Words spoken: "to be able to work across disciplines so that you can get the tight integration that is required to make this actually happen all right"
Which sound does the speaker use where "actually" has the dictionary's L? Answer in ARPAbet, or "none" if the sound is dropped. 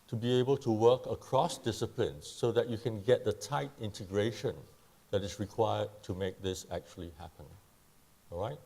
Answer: L